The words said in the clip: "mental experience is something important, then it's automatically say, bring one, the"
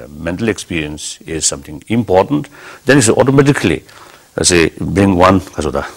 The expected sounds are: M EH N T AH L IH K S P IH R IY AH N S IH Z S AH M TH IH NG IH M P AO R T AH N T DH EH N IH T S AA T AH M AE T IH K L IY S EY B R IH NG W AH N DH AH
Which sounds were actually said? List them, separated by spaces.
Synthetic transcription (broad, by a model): M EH N T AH L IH K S P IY R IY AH N S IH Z S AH M T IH NG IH M P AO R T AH N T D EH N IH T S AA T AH M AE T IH K L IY S EY B R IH NG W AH N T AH